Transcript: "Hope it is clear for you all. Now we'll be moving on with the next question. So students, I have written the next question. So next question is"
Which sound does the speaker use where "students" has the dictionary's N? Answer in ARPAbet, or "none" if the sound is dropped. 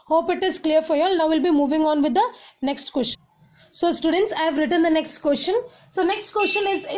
N